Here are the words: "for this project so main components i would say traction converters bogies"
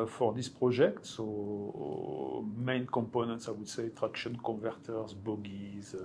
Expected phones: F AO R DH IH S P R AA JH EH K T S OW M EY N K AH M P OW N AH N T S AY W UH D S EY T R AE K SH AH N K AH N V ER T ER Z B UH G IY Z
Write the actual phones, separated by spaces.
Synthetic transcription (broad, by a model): F AO R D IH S P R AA ZH EH K T S OW M EY N K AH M P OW N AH N T S AY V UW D S EY T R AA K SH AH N K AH V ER T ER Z B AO G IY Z